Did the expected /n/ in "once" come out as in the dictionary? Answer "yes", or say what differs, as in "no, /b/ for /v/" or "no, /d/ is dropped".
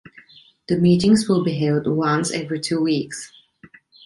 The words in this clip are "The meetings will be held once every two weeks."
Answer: yes